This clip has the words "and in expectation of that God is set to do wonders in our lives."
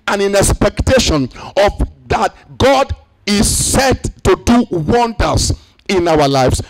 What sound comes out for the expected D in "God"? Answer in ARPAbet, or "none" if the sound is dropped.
D